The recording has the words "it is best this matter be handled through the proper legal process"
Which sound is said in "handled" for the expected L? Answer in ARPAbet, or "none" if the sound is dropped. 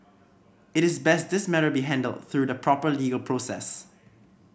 L